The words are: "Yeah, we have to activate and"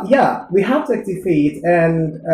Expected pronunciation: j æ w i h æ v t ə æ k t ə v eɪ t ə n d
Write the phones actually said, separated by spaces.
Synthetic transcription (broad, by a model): j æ w i h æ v t ə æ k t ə f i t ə n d